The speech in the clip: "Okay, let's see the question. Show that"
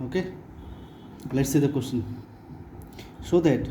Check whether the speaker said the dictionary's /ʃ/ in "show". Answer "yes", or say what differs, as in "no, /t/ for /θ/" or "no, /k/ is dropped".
no, /s/ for /ʃ/